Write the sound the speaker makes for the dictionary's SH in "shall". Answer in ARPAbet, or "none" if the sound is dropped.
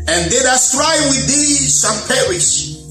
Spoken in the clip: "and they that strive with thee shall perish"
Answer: S